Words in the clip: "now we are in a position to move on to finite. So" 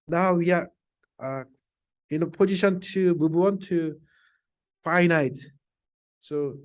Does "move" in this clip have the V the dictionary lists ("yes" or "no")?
no